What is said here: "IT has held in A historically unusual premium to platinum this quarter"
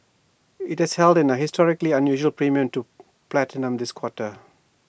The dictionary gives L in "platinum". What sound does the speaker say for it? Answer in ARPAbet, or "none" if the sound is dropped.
L